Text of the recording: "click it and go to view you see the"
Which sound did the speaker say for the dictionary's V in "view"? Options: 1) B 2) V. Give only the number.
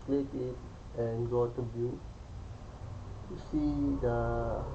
1